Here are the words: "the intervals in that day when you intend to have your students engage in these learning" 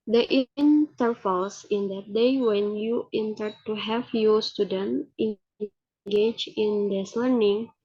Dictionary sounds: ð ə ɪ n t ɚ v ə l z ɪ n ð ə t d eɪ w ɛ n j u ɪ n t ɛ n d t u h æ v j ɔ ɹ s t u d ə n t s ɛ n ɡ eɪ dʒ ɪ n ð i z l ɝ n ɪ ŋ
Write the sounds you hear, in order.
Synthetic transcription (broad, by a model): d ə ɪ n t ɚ f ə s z ɪ n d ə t d eɪ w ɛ n j u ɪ n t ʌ d t u h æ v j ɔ s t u d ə n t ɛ ɡ eɪ dʒ ɪ n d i s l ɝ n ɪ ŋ